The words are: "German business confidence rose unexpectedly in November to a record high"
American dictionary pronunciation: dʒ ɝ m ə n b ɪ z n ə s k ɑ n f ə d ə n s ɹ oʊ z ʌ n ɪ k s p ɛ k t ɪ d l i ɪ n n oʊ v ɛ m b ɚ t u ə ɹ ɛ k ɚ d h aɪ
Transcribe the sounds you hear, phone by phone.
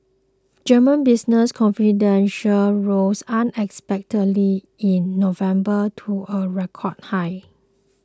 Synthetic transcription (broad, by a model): dʒ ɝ m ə n b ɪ s n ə s k ɑ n f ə d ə n ʃ ɹ oʊ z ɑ n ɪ k s p ɛ k t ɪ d l i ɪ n n oʊ v ɛ m b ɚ t u ə ɹ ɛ k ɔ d h aɪ